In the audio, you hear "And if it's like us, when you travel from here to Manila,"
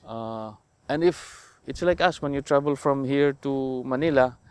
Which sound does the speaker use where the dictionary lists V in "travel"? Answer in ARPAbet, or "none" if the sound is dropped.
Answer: B